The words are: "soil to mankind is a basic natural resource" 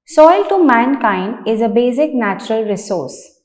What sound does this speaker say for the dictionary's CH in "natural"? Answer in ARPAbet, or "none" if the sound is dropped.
CH